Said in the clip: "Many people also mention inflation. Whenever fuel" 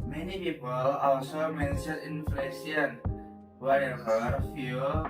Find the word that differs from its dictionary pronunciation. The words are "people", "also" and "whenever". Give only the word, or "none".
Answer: whenever